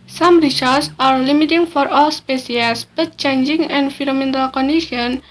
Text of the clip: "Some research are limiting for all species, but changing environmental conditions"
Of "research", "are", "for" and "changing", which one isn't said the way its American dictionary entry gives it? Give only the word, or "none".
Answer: research